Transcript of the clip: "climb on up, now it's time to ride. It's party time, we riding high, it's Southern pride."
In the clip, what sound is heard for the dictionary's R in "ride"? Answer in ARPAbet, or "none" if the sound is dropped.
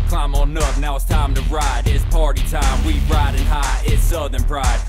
R